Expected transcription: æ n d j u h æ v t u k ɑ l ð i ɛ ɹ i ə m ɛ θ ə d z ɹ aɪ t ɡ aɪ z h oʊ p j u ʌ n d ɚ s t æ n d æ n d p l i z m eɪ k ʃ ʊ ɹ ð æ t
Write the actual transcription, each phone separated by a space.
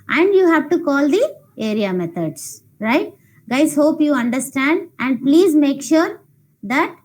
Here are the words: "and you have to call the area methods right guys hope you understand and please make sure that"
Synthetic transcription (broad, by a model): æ n d j u h æ v t u k ɑ l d i ɛ ɹ i ə m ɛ t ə d s ɹ aɪ t ɡ aɪ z h oʊ p j u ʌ n d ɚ s t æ n d æ n d p l i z m eɪ k ʃ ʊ ɹ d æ t